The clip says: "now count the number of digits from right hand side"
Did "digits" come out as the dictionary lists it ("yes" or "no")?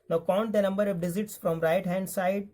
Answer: no